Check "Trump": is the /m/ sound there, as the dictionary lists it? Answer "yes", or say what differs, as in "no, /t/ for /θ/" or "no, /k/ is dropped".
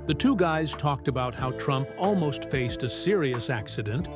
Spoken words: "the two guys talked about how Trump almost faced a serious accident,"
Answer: yes